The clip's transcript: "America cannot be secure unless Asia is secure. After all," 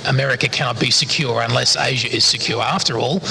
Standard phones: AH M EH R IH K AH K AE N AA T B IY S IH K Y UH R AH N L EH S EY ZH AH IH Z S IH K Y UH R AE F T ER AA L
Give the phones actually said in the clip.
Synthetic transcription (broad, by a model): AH M EH R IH K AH K AE N AA T B IY S IH K Y UH R AH N L EH S EY ZH AH IH Z S IH K Y UH R AE F T ER AA L